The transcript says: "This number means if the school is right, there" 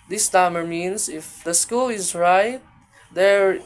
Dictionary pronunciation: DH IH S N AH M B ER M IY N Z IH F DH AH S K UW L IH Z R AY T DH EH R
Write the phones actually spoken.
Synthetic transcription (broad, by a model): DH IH S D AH M ER M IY N S IH F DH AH S K UW L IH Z R AY T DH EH R